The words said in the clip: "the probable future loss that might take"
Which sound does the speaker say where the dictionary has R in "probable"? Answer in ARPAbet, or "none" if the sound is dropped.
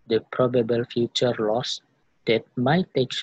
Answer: R